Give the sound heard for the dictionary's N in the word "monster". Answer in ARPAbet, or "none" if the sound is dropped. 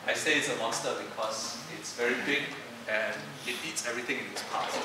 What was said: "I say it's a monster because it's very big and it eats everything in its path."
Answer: none